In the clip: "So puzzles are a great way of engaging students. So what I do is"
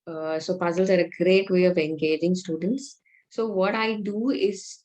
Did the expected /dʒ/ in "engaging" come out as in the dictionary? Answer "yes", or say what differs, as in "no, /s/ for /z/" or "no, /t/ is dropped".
yes